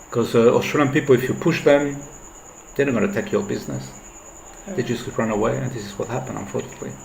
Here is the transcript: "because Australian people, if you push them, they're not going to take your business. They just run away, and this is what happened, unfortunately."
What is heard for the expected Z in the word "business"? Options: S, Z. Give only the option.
Z